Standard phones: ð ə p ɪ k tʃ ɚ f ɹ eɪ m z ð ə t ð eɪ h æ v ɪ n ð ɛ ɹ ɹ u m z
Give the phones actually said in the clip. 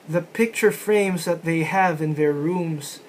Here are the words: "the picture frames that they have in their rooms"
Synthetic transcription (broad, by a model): ð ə p ɪ k tʃ ɚ f ɹ eɪ m z ð ə t ð eɪ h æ v ɪ n ð ɛ ɹ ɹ u m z